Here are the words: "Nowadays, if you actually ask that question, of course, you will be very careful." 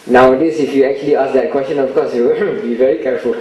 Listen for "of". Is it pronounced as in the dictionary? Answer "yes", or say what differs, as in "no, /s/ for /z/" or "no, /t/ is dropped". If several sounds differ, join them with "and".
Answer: no, /f/ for /v/